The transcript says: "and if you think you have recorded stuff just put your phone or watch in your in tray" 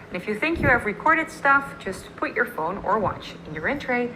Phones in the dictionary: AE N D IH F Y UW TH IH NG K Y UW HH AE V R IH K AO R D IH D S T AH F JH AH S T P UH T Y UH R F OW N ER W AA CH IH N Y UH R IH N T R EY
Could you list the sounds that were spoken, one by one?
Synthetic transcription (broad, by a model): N IH F Y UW TH IH NG K Y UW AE V R IH K AO R D IH D S T AH F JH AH S T P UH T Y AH R F OW N ER W AA CH IH N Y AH R IH N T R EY